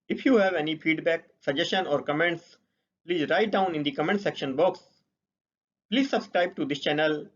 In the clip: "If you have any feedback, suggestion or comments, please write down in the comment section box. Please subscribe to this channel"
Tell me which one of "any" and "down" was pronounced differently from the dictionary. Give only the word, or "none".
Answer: none